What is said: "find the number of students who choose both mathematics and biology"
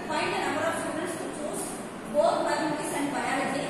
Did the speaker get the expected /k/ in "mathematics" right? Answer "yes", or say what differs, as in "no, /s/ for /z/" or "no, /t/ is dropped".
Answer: no, /k/ is dropped